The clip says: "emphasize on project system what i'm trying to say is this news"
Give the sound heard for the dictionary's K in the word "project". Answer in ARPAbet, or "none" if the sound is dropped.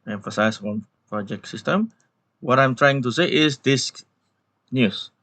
K